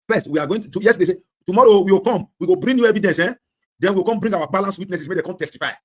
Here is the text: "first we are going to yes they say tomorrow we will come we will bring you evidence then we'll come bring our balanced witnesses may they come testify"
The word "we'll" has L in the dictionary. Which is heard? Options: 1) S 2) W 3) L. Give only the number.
2